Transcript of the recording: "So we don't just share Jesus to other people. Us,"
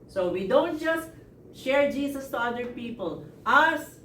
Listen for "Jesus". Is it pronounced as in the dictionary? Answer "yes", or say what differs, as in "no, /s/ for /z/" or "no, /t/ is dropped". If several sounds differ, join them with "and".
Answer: no, /s/ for /z/